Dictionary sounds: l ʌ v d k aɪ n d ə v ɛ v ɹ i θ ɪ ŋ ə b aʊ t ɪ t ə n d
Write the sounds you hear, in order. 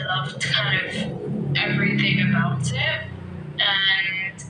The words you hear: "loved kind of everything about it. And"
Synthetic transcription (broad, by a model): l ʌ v k aɪ n d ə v ɛ v ɹ i θ ɪ ŋ ə b aʊ t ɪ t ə n